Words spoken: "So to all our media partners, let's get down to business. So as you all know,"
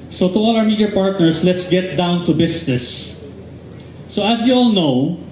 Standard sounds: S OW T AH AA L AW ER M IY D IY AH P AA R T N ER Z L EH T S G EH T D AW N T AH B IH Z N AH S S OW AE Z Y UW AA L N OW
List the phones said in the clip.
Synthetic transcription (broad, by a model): S OW T AH AA L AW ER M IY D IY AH P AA R T N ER S L EH T S G EH T D AW N T AH B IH S N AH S S OW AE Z Y UW AA L N OW